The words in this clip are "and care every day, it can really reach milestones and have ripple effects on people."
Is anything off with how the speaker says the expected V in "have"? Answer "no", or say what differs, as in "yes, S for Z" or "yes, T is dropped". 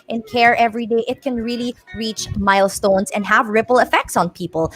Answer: no